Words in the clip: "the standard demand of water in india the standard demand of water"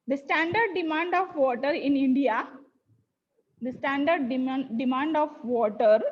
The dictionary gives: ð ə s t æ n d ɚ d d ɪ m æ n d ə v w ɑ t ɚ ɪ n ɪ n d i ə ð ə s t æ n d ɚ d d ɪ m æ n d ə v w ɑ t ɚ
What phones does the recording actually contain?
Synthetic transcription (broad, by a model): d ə s t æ n d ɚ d d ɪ m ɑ n d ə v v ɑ t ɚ ɪ n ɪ n d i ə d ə s t æ n d ɚ d d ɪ m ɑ n d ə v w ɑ t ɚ